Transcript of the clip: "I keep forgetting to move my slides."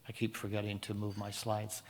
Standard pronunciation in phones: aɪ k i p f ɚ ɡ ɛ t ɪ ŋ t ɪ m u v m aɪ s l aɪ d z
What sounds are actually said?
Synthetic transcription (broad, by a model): aɪ k i p f ɚ ɡ ɛ t ɪ ŋ t ɪ m u v m aɪ s l aɪ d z